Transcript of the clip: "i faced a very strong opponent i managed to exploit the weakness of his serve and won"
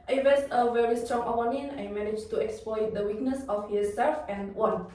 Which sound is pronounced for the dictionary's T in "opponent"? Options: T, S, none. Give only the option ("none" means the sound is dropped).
none